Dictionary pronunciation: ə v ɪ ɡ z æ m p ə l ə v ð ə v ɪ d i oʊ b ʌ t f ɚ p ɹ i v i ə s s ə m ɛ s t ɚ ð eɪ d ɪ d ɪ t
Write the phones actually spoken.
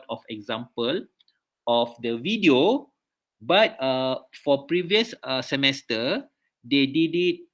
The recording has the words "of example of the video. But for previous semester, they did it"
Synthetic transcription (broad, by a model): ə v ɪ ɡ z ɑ m p ə l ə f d ə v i d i oʊ b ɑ t f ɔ p ɹ i v i ə s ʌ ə m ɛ s t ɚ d eɪ d ɪ d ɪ t